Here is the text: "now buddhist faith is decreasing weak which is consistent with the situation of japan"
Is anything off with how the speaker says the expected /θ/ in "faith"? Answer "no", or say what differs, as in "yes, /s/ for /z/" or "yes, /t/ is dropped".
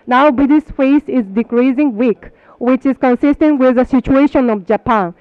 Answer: yes, /s/ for /θ/